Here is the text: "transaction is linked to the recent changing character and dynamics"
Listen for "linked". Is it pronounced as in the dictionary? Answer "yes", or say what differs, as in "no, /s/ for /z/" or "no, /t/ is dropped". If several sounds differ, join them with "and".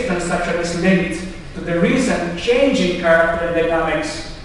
no, /k/ is dropped